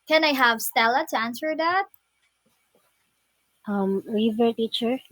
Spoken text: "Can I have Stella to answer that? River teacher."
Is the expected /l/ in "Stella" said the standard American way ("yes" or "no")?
yes